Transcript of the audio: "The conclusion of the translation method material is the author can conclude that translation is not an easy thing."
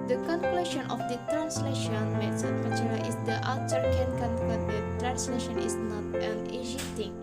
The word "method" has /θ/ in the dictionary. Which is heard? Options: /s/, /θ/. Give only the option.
/s/